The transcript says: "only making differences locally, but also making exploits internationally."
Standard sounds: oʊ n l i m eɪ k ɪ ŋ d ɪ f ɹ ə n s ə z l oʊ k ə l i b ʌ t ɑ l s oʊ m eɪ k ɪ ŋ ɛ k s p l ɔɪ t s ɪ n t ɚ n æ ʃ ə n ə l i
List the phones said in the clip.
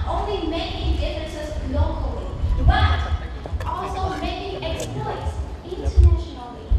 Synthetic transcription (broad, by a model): oʊ n l i m eɪ k ɪ ŋ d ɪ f ə s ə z l oʊ k ə l i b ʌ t ɑ l s oʊ m eɪ k ɪ ŋ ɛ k s p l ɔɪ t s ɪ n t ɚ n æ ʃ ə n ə l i